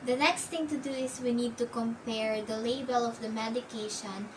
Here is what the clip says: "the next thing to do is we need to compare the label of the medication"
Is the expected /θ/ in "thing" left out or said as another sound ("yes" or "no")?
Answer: yes